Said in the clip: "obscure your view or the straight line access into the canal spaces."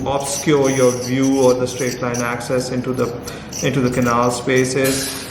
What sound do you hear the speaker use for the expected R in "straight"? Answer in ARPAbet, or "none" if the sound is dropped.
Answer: R